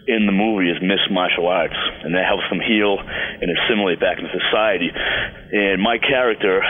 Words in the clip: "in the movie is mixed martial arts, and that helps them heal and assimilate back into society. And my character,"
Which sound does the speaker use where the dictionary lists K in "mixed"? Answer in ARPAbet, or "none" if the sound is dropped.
none